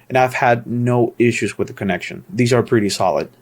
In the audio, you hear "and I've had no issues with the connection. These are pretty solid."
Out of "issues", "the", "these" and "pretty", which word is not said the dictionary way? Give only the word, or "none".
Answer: none